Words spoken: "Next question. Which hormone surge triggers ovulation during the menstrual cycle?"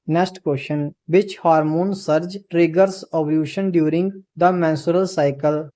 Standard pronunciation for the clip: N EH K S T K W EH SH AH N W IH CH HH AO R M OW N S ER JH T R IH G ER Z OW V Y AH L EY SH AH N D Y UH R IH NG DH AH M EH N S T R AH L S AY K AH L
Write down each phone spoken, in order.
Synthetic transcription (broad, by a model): N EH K S T K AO SH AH N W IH CH HH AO R M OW N S ER JH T R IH G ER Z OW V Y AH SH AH N D Y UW R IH NG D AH M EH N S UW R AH L S AY K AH L